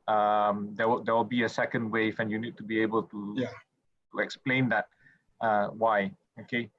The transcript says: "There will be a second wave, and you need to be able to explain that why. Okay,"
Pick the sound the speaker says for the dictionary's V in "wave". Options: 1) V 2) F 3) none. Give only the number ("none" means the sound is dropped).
2